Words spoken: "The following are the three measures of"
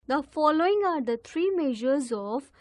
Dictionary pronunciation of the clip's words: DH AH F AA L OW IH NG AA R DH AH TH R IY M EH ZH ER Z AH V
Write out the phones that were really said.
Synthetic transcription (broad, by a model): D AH F AA L OW IH NG AA R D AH T R IY M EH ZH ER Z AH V